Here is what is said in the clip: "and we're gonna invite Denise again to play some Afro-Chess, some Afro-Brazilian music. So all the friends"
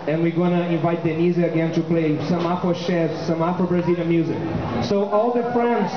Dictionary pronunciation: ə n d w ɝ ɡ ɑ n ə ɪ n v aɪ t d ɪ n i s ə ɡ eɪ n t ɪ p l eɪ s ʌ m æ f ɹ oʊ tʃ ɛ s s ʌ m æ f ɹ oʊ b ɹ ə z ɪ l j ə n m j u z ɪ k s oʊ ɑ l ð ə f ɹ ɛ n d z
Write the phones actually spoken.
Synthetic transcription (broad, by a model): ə n w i ɡ ɑ n ə ɪ n v aɪ t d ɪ n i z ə ɡ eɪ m t ɪ p l eɪ s ʌ m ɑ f oʊ ʃ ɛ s s ʌ m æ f oʊ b ɹ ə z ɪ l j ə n m j u z ɪ k s oʊ ɑ l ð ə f ɹ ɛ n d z